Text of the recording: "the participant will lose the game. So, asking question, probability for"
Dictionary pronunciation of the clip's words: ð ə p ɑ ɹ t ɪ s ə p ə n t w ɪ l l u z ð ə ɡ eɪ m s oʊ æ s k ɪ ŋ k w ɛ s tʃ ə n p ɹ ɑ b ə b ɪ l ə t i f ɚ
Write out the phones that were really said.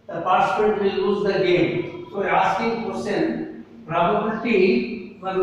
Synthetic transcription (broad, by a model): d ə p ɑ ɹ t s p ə t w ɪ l l u z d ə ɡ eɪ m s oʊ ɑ s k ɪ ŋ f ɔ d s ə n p ɹ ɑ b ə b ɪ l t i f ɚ